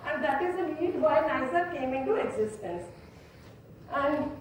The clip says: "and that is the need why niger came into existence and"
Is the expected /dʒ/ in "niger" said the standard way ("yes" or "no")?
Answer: no